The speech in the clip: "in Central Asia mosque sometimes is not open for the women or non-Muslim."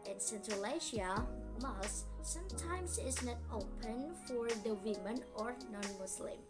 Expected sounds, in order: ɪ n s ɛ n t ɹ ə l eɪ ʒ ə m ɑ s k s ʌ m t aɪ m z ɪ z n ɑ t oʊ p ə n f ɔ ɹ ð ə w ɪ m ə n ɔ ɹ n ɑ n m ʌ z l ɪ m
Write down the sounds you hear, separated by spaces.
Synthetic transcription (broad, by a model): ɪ n s ɛ n t ɹ ə l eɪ ʃ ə m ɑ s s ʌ m t aɪ m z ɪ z n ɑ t oʊ p ə n f ɔ ɹ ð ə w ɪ m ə n ɔ ɹ n ɑ n m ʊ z l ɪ m